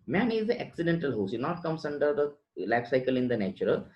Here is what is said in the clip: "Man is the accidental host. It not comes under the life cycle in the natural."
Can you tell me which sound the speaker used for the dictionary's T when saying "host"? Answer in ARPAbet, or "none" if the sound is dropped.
none